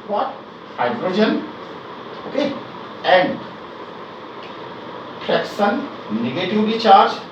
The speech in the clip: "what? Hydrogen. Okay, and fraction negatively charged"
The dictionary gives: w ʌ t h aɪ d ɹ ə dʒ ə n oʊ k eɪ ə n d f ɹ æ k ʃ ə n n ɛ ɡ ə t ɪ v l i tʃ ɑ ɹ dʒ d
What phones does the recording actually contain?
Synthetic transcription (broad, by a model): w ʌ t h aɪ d ɹ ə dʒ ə n oʊ k eɪ ə n d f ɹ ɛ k s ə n n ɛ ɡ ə t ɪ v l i tʃ ɑ ɹ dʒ